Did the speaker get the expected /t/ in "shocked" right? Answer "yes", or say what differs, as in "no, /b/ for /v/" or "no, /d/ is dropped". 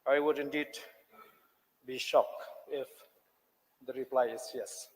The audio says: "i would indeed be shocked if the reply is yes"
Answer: no, /t/ is dropped